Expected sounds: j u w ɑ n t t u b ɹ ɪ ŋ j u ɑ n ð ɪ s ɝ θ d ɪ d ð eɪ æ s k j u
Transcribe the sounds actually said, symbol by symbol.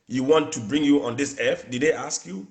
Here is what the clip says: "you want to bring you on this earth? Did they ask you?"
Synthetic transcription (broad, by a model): j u w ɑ n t t u b ɹ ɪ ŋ j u ɑ n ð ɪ s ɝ f d ɪ d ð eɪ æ s k j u